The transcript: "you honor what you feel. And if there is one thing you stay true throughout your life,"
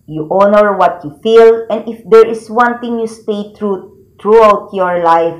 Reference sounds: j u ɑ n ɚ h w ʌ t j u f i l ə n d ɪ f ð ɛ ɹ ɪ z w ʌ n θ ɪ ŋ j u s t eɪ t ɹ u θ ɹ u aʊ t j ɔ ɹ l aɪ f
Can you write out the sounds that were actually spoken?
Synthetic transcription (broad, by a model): j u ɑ n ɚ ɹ w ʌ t j u f i l ə n d ɪ f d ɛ ɹ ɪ s w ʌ n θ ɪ ŋ j u s t eɪ t ɹ u t ɹ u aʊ t j ɔ ɹ l aɪ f